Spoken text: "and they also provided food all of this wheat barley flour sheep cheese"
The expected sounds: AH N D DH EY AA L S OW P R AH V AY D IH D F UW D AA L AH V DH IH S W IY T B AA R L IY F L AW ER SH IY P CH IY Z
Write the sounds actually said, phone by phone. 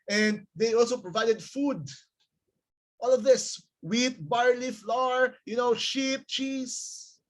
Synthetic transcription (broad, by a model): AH N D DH EY AA L S OW P R AH V AY D IH D F UW D AA L AH V DH IH S W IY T B AA R L IY F L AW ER SH IY P CH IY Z